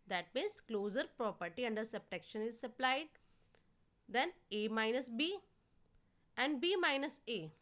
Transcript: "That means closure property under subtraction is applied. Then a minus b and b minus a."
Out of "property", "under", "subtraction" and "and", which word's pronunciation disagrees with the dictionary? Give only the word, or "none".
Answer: subtraction